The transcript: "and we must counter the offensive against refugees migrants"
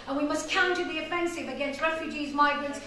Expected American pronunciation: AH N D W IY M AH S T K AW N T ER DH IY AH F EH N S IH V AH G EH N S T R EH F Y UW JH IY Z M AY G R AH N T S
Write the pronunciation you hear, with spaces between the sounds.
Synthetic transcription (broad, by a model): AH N W IY M AH S K AW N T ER DH IY AH F EH N S IH V AH G EH N S T R EH F Y UW JH IY Z M AY G R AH N T S